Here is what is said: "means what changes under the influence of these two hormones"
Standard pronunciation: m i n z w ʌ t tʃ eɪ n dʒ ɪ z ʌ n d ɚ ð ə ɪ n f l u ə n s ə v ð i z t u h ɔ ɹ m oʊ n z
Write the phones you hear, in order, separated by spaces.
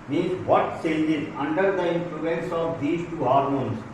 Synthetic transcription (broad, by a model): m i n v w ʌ t s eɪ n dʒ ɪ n ʌ n d ɚ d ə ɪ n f l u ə n s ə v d i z t u h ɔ ɹ m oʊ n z